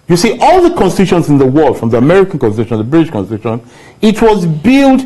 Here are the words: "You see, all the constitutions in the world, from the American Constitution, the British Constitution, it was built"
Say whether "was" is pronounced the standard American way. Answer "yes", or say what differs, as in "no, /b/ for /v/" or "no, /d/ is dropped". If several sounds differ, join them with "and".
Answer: yes